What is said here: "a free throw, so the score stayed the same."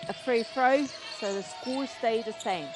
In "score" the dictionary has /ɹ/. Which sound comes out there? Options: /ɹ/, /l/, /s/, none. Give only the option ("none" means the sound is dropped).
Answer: /l/